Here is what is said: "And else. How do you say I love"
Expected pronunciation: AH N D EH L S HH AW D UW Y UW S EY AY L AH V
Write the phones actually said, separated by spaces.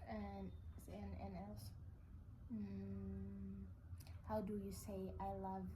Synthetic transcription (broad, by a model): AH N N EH N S HH AW D UW Y UW S EY AY L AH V